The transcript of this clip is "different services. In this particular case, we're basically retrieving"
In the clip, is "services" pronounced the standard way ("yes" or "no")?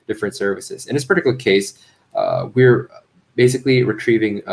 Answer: yes